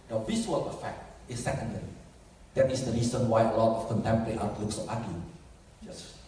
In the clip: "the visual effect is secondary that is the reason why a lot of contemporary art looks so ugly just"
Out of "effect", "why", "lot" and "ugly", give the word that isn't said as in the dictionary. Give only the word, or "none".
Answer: ugly